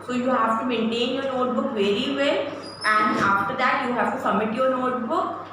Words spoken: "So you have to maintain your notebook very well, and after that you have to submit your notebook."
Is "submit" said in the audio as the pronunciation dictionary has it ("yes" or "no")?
no